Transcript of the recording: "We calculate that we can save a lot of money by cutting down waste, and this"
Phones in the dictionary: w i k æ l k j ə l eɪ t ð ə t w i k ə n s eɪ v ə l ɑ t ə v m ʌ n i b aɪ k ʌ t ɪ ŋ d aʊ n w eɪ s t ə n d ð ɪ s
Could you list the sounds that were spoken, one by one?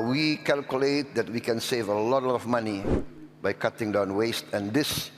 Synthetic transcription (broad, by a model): w i k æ l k j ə l eɪ t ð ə t w i k ə n s eɪ v ə l ɑ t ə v m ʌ n i b aɪ k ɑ t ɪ ŋ d aʊ n w eɪ s t ə n d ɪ s